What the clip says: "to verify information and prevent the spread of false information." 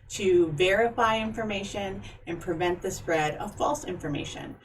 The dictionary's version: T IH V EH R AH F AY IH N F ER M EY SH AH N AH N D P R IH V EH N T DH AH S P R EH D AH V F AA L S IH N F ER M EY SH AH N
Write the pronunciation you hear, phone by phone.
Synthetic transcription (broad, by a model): T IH V EH R AH F AY IH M F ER M EY SH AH N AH N P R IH V EH N DH AH S P R EH D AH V F AA L S IH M F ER M EY SH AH N